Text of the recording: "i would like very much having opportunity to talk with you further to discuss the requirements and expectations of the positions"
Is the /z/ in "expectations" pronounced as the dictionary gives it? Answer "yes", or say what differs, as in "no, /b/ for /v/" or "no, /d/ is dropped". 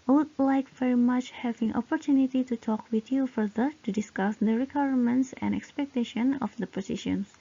no, /z/ is dropped